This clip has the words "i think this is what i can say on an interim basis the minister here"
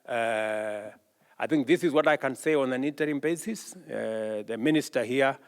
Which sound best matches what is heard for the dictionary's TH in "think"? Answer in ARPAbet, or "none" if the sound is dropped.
TH